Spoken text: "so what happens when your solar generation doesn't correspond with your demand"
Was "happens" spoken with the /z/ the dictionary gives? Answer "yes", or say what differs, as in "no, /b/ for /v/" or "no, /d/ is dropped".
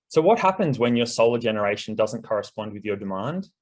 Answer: yes